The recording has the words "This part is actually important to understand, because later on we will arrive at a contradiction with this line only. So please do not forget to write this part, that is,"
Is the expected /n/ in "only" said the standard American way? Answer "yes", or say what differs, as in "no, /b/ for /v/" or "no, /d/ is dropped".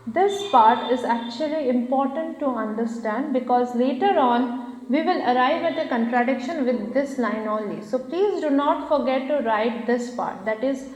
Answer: no, /n/ is dropped